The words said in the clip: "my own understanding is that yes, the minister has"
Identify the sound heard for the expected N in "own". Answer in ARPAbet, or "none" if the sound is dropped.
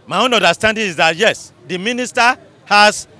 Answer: N